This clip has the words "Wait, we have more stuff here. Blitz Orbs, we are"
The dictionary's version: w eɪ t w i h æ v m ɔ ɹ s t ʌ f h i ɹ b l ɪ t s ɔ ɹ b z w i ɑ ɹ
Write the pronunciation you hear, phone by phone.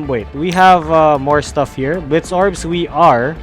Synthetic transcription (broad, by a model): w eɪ t w i h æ v m ɔ ɹ s t ʌ f h i ɹ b ɪ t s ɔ ɹ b s w i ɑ ɹ